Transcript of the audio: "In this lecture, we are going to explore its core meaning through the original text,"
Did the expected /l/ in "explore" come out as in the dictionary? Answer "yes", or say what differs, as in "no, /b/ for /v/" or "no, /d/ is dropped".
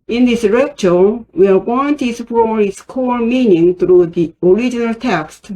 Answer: no, /l/ is dropped